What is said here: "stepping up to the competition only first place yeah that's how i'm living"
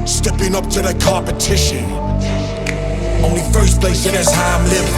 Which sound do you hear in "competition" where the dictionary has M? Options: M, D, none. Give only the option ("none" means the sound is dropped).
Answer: none